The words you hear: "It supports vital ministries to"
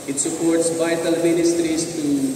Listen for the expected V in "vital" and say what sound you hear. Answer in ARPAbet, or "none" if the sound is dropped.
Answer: B